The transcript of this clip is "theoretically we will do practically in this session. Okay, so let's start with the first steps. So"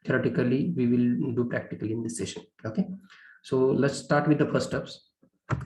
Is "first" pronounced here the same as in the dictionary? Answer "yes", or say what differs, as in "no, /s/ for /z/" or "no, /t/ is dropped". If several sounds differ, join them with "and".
no, /s/ is dropped